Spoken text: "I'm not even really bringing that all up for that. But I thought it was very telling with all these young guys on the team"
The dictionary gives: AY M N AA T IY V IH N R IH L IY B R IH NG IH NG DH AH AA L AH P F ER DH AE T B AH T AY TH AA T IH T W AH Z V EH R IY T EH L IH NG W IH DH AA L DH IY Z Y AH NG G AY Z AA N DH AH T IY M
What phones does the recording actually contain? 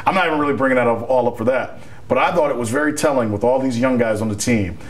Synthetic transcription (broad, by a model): AY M N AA T IY V IH N R IH L IY B R IH NG IH NG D AA L AH P F ER DH AE T B AH T AY TH AA T IH T W AH Z V EH R IY T EH L IH NG W IH DH AA L DH IY Z Y AH NG G AY Z N DH AH T IY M